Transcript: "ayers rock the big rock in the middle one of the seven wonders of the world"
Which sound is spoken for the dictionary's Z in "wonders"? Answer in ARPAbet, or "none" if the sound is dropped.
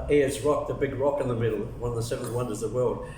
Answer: Z